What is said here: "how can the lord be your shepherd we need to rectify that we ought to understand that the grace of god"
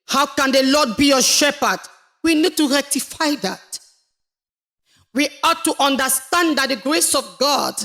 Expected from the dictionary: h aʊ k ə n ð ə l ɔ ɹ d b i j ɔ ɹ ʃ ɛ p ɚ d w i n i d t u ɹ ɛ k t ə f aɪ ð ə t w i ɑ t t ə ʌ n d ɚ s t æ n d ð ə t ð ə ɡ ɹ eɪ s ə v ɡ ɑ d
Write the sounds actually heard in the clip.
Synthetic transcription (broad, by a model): h aʊ k ə n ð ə l ɔ d b i j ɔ ʃ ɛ p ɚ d w i n i d t u ɹ ɛ k t ə f aɪ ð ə t w i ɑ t t ə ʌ n d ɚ s t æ n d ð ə t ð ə ɡ ɹ eɪ s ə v ɡ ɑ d